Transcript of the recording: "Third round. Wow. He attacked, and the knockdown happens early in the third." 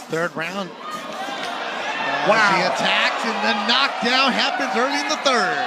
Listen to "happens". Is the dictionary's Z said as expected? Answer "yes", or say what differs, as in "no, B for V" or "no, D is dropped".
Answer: yes